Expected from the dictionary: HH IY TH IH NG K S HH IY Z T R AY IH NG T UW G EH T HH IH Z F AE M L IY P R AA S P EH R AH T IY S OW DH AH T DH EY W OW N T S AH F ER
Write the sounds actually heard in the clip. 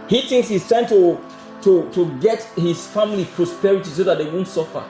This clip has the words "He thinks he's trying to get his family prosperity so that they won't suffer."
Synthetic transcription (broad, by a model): HH IY TH IH NG K S HH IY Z T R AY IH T T UW G EH T HH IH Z F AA M L IY P R AA S P EH R AH T IY S OW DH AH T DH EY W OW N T S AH F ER